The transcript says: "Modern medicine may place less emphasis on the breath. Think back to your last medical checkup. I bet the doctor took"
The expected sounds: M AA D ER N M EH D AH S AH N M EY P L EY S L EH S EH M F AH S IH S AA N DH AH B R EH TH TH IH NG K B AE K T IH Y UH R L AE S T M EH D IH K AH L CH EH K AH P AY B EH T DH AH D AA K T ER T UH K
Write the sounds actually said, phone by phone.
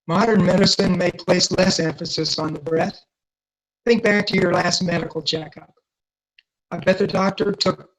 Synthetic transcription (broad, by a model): M AA D ER N M EH D AH S AH N M EY P L EY S L EH S EH M F AH S IH S N DH AH B R EH TH TH IH NG K B AE K T IH Y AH R L AE S T M EH D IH K L CH EH K AH P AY B EH T DH AH D AA K T ER T UH K